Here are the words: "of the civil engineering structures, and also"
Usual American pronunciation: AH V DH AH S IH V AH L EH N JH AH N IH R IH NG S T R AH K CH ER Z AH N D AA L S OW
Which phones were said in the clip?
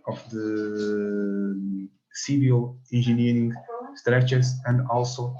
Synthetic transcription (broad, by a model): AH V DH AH S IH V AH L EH N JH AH N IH R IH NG S T R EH CH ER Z AH N D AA L S OW